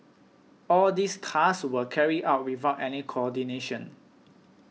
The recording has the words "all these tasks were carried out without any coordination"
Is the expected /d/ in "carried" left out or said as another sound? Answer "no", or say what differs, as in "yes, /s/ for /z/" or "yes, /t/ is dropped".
yes, /d/ is dropped